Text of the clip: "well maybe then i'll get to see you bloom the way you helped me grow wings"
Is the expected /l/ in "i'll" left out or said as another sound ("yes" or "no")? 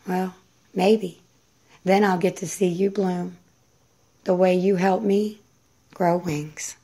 no